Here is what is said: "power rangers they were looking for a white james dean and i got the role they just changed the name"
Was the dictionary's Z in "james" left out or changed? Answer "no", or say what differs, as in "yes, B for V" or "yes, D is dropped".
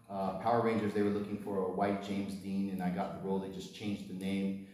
no